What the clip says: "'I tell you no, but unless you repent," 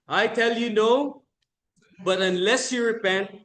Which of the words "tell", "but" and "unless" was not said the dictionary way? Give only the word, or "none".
none